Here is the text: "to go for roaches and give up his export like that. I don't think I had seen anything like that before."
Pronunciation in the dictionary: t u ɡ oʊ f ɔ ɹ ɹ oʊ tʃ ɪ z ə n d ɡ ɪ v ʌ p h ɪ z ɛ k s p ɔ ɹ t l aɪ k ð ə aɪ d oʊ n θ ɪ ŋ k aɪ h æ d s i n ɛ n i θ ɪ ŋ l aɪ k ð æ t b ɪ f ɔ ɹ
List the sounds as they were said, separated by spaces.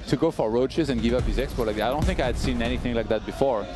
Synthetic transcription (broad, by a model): t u ɡ oʊ f ɔ ɹ ɹ oʊ tʃ ɪ z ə n ɡ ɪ v ʌ p h ɪ z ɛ k s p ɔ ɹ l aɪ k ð aɪ d oʊ n θ ɪ ŋ k aɪ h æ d s i n ɛ n i θ ɪ ŋ l aɪ k ð æ t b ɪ f ɔ ɹ